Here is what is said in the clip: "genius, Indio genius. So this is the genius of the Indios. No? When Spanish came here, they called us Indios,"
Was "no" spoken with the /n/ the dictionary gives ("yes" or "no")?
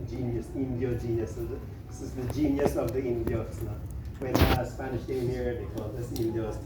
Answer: no